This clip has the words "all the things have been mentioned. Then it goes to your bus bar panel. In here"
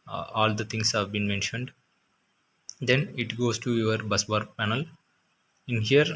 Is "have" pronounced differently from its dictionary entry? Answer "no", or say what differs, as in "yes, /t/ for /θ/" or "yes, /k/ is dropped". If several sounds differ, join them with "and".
no